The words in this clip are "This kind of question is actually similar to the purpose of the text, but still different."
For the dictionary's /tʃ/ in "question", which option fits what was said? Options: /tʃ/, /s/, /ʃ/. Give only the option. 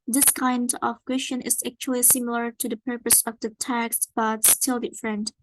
/ʃ/